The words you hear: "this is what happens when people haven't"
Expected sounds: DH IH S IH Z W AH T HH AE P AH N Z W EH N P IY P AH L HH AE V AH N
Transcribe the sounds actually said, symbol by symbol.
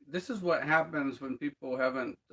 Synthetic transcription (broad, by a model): DH IH S IH Z W AH T HH AE P AH N Z W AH N P IY P L HH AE V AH N